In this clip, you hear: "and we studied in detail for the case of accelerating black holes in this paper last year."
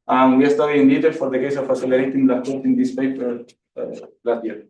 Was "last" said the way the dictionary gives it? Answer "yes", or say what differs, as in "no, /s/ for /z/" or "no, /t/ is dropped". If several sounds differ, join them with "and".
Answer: no, /s/ is dropped